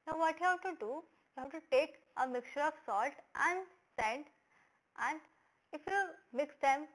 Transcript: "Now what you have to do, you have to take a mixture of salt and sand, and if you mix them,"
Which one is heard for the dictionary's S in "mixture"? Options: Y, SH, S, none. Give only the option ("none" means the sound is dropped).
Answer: S